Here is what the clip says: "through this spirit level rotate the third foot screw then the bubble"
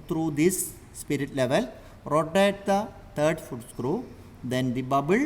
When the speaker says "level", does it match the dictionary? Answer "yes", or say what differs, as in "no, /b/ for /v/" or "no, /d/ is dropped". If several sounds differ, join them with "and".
yes